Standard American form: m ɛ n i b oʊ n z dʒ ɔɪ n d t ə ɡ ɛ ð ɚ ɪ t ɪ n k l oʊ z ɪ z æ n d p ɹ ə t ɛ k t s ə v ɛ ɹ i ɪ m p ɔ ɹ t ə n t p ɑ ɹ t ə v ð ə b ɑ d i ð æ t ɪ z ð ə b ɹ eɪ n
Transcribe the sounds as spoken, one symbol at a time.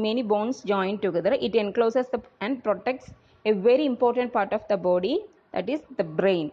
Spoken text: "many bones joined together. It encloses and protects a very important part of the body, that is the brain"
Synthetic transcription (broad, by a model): m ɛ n i b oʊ n s dʒ ɔɪ n d t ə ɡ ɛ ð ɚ ɪ t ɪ n k l oʊ s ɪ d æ n d p ɹ ə t ɛ k t s ə v ɛ ɹ i ɪ m p ɔ ɹ t ə n t p ɑ ɹ t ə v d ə b ɑ d i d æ t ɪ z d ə b ɹ eɪ n